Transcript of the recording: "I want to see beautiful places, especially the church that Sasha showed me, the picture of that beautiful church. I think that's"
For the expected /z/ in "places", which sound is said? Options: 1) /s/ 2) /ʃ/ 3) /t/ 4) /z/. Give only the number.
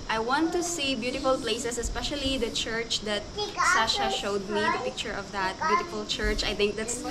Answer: 1